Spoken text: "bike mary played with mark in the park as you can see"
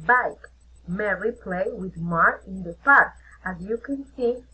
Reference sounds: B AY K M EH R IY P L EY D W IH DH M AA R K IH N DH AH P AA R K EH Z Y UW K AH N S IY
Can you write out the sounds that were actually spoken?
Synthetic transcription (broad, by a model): B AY K M EH R IY P L EY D W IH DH M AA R IH N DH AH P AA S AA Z Y UW K AH N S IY